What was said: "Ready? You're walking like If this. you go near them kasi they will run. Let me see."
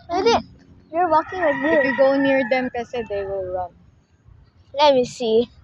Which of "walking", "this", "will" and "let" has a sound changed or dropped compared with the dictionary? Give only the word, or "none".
this